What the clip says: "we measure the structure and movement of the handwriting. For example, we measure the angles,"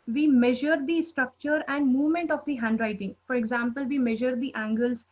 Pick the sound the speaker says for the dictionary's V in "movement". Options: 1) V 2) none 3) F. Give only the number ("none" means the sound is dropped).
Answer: 1